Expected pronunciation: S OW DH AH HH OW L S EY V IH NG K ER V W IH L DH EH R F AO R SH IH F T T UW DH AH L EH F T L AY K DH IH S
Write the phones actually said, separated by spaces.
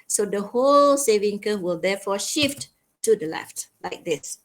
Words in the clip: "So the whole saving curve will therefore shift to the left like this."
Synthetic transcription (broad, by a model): S OW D AH HH OW L S EY V IH NG K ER W IH L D EH F AO SH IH F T T UW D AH L EH F T L AY K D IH S